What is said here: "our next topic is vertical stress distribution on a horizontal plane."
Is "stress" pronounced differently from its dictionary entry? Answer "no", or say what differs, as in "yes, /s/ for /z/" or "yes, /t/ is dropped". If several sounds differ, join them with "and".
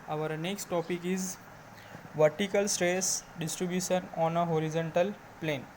no